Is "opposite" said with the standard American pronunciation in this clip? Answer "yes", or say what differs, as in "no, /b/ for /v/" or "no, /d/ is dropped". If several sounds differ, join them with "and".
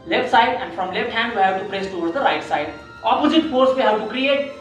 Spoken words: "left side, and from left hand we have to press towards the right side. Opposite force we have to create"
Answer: yes